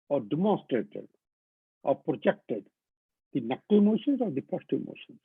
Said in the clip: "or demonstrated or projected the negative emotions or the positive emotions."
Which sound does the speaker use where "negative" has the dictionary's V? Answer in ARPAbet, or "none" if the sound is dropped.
none